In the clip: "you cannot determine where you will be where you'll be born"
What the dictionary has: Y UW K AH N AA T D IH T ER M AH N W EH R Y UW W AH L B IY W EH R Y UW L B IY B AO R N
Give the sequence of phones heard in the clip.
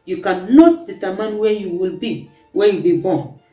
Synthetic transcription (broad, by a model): Y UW K AH N AA T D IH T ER M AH N W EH Y UW W AH L B IY W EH Y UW B IY B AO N